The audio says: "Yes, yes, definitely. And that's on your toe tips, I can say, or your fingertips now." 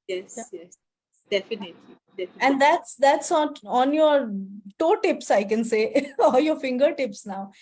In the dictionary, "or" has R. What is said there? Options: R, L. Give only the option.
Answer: L